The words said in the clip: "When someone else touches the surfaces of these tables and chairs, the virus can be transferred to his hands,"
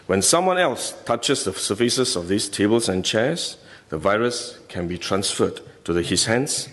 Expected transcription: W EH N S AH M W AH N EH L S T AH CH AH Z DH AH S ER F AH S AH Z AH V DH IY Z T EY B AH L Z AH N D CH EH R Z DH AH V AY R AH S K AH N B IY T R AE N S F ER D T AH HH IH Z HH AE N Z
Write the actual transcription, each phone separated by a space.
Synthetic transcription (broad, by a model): W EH N S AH M W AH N EH L S T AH CH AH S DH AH S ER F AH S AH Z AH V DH IY S T EY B AH L S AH N CH EH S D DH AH V AY R AH S K AH N B IY T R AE N S F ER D T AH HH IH S HH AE N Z